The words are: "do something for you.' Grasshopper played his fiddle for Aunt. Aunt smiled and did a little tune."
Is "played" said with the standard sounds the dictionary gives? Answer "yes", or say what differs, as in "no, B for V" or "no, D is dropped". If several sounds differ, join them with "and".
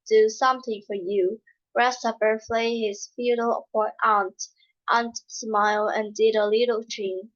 no, F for P